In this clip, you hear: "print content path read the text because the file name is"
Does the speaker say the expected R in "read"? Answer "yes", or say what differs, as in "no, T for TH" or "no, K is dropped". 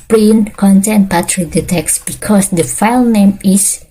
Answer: yes